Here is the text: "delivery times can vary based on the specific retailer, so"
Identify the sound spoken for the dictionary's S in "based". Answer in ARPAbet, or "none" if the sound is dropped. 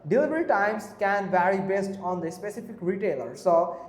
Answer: S